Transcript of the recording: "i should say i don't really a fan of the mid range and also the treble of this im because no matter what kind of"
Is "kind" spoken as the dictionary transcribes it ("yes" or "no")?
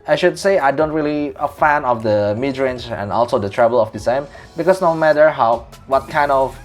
yes